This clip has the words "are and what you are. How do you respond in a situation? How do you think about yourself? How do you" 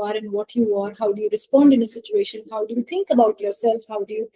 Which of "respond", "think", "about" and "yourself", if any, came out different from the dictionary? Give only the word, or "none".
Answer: think